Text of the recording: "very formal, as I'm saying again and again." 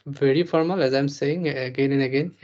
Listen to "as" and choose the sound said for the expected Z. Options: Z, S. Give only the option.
Z